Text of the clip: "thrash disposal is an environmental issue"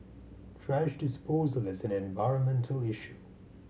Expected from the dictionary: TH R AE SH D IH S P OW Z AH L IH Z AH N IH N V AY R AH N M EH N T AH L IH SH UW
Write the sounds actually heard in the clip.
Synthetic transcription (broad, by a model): T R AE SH D IH S P OW Z AH L IH Z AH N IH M V AY R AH N M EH N T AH L IH SH UW